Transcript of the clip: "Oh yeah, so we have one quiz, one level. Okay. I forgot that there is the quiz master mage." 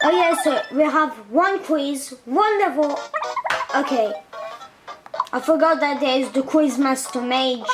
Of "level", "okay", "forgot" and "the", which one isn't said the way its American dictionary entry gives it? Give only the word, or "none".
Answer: level